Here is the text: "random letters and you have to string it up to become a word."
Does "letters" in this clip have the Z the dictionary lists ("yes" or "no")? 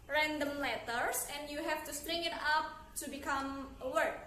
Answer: no